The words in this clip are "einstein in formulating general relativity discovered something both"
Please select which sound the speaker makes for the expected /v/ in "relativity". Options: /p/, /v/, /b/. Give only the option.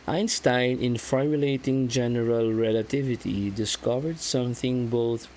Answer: /v/